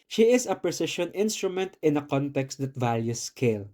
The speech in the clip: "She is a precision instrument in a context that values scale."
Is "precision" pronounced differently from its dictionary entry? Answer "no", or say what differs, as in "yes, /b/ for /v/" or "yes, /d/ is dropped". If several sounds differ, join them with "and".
yes, /ʃ/ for /ʒ/